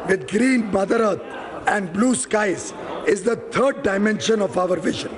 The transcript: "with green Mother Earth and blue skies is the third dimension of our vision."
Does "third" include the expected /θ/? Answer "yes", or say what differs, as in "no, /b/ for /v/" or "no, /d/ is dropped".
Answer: no, /t/ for /θ/